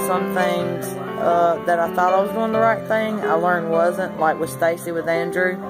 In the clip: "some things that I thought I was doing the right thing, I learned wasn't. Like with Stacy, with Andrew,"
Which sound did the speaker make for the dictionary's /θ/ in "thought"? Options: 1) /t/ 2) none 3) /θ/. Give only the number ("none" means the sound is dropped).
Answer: 3